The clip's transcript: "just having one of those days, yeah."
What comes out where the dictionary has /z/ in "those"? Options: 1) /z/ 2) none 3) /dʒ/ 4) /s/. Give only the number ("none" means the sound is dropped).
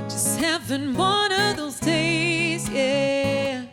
1